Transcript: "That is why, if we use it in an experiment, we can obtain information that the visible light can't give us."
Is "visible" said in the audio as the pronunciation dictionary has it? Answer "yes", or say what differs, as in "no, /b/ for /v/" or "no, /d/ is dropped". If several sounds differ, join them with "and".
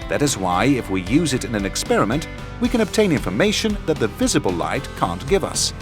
yes